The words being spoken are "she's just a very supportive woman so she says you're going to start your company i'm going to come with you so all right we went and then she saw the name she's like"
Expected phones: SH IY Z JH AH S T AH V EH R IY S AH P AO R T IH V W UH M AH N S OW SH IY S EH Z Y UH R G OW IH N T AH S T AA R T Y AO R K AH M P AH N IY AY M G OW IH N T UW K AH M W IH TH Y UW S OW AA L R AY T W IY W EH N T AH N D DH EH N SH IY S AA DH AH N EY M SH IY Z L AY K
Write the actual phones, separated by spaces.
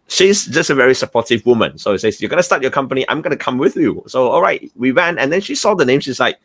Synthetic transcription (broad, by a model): SH IY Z JH AH S T AH V EH R IY S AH P AO T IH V W UH M AH N S OW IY S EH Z Y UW G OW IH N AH S T AA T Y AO K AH M P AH N IY AY M G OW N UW K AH M W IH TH Y UW S OW AA L R AY T W IY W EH N AH N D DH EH N SH IY S AA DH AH N EY M SH IY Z L AY K